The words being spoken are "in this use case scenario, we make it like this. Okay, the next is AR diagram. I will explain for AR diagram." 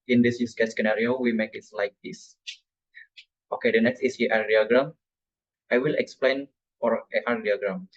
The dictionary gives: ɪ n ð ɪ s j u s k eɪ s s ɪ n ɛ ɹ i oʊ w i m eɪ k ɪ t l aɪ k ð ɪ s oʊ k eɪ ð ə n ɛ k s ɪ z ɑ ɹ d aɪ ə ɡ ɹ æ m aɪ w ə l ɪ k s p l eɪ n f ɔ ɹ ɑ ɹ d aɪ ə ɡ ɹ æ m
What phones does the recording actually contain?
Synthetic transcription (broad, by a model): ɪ n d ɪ s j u s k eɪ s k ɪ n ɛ ɹ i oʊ w i m eɪ k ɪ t l aɪ k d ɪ s oʊ k eɪ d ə n ɛ k s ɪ s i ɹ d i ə ɡ ɹ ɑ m aɪ w ə l ɪ k s p l eɪ n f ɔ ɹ ɑ ɹ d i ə ɡ ɹ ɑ m